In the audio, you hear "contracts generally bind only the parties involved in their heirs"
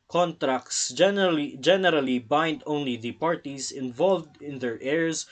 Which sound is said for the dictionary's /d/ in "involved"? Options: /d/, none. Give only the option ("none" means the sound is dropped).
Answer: /d/